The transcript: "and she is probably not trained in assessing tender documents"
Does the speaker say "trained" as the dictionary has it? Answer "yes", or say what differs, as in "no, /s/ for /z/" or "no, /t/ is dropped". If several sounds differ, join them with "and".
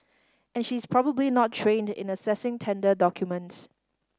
yes